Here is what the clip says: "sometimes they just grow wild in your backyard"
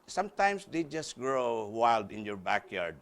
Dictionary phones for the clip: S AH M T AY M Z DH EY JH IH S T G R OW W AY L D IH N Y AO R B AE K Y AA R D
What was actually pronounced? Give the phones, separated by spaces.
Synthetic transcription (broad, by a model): S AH M T AY M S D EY JH IH S T G R OW W AY L D IH N Y AO R B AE K Y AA R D